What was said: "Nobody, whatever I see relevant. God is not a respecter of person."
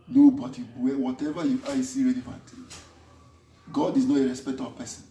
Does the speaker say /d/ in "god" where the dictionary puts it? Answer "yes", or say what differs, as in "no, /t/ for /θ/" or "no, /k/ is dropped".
yes